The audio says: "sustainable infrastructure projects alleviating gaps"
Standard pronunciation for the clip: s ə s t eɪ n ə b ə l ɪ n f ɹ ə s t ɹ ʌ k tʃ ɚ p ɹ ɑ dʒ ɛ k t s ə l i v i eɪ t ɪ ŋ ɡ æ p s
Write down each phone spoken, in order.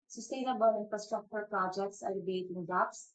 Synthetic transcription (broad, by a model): s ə s t eɪ n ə b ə l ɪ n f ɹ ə s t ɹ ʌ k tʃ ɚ p ɹ ɑ dʒ ɛ k t s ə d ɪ b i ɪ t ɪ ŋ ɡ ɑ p s